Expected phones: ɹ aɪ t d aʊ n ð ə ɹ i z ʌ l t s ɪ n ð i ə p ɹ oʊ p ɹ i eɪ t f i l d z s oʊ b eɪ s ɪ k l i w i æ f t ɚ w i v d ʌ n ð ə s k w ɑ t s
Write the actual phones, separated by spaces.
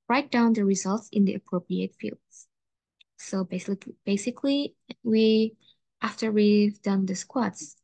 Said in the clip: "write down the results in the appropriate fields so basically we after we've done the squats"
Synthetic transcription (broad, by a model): ɹ aɪ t d aʊ n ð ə ɹ i z ʌ l t s ɪ n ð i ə p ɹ oʊ p ɹ i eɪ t f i l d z s oʊ b eɪ s ɪ k l i w i æ f t ɚ w i v d ʌ n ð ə s k w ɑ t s